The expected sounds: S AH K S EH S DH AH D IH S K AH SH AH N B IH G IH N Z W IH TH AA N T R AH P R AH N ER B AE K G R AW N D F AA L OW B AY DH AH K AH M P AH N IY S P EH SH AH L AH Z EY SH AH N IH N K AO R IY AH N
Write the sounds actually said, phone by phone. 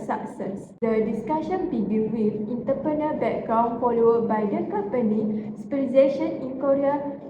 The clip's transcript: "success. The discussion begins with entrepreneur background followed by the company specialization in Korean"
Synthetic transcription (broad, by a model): S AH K S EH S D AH D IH S K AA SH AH N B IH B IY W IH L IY N T AH P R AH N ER B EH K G R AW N F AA L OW B AY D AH K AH M P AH N IY S IY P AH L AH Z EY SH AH N IH N K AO R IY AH